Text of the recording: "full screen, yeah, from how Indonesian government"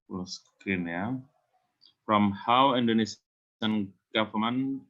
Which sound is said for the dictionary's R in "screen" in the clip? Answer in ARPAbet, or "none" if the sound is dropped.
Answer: none